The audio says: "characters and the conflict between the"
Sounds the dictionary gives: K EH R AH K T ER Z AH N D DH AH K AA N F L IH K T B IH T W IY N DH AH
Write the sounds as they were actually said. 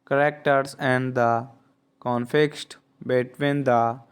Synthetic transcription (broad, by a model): K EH R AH K T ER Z AH N D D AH K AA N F IH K T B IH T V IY N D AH